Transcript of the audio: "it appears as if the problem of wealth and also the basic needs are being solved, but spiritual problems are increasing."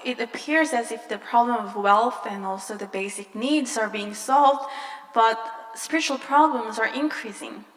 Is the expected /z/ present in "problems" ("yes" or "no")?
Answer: yes